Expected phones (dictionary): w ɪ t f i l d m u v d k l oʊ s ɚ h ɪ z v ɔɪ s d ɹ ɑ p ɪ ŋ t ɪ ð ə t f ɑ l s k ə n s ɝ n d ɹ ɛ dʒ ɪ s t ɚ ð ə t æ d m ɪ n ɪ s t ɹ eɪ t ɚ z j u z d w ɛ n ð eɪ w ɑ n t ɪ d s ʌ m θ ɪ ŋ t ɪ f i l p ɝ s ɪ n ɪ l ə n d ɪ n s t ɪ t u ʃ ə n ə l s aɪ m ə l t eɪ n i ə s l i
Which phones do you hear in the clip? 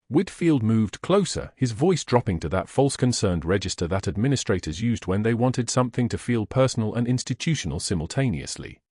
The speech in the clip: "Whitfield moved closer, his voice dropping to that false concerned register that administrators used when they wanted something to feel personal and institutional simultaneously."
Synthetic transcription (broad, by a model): w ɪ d f i l d m u v d k l oʊ s ɚ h ɪ z v ɔɪ s d ɹ ɑ p ɪ ŋ t ɪ ð ə t f ɑ l s k ə n s ɝ n d ɹ ɛ dʒ ɪ s t ɚ ð ə t æ d m ɪ n ɪ s t ɹ eɪ t ɚ z j u z d w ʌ n ð eɪ w ɑ n t ɪ d s ʌ m θ ɪ ŋ t ɪ f i l p ɝ s n l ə n ɪ n s t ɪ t u ʃ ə n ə l s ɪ m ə l t eɪ n i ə s l i